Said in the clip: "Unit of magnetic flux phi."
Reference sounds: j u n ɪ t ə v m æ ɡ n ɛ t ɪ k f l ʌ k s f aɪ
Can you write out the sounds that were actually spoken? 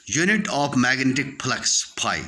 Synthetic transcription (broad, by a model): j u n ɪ t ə f m æ ɡ n ɛ t ɪ k p l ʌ k s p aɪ